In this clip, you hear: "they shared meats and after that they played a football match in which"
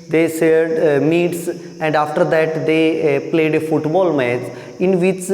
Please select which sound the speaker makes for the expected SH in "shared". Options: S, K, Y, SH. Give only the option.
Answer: S